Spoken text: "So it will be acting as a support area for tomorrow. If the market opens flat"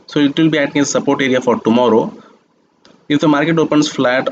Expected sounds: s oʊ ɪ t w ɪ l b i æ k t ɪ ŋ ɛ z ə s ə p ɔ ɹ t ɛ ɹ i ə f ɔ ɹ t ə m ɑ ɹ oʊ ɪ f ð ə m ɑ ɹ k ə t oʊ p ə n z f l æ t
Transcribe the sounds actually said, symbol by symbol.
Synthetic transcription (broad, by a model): s oʊ ɪ t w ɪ l b i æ t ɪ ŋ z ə s ə p ɔ ɹ t ɛ ɹ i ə f ɔ ɹ t ə m ɑ ɹ oʊ ɪ f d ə m ɑ ɹ k ə t oʊ p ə n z f l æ t